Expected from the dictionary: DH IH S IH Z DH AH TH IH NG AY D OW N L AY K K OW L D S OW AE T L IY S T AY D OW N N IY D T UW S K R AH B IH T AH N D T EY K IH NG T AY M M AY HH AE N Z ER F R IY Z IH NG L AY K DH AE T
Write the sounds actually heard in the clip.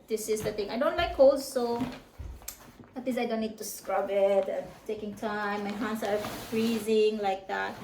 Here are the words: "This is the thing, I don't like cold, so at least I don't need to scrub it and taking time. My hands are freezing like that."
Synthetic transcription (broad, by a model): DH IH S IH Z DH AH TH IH NG AY D OW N L AY K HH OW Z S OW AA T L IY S AY D OW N N IY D T UW S K R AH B IH T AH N T EY K IH NG T AY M M AY HH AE N S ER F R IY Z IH NG L AY K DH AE T